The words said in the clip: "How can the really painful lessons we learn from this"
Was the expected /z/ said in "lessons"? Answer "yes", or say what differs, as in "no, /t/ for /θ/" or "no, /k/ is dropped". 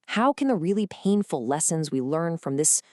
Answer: yes